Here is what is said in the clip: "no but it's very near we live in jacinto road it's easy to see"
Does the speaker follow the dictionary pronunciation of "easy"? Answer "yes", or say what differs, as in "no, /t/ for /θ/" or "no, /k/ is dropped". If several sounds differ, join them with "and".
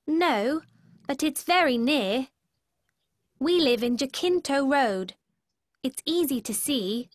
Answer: yes